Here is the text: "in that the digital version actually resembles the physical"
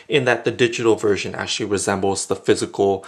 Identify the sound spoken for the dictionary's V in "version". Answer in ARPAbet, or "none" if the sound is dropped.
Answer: V